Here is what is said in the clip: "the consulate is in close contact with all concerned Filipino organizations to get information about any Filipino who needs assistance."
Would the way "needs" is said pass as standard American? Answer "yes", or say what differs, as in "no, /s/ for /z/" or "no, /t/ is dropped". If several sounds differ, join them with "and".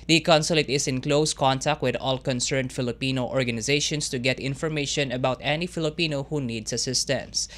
no, /s/ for /z/